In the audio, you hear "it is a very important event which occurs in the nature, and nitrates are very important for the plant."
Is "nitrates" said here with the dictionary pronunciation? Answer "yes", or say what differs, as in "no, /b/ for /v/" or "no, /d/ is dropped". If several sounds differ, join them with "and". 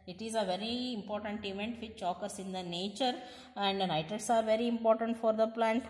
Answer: no, /ɹ/ is dropped